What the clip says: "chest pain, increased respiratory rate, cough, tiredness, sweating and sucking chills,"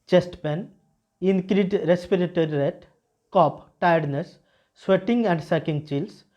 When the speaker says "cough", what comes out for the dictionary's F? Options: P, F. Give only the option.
P